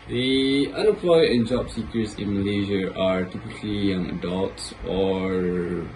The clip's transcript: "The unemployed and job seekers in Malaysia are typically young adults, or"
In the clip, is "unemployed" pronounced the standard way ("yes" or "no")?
no